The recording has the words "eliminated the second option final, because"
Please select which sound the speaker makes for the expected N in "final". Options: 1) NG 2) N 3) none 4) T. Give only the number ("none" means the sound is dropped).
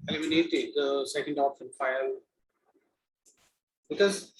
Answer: 3